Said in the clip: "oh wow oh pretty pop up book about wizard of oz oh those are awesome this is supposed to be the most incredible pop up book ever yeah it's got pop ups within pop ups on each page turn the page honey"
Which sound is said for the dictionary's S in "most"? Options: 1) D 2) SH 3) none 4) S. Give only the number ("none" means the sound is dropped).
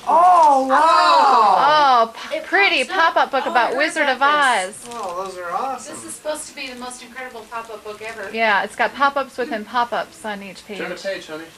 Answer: 4